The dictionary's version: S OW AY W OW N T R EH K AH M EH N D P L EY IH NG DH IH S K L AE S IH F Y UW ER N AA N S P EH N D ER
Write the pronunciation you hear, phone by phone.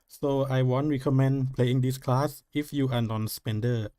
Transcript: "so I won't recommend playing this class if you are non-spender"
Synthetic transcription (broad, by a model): S OW AY W OW N T R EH K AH M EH N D P L EY IH NG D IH S K L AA S IH F Y UW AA N AA N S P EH N D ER